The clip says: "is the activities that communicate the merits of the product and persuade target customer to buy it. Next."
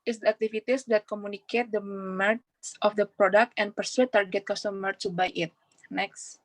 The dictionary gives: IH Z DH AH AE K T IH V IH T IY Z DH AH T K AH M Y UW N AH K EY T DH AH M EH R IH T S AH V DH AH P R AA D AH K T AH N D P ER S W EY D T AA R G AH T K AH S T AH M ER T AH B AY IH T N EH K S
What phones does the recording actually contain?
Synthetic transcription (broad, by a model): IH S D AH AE K T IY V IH T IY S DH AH T K AH M Y UW N AH K EY T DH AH M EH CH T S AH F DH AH P R AA D AH K T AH N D P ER S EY T AA R G AH T K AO S T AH M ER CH B AY IH T N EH K S